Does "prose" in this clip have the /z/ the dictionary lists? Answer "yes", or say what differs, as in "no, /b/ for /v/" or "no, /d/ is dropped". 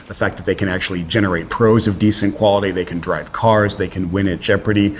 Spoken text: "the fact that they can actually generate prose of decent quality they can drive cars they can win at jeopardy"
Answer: yes